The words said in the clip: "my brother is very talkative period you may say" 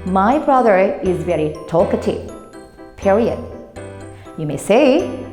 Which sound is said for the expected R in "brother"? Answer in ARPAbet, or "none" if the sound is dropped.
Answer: R